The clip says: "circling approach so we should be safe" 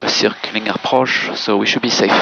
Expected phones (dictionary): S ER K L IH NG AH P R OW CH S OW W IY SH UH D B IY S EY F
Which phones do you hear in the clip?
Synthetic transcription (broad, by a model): S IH K L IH NG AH P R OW SH S OW W IY SH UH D B IY S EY F